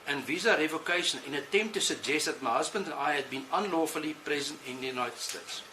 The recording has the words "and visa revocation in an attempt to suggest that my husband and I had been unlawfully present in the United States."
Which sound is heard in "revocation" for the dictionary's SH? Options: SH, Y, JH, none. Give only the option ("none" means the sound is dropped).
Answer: none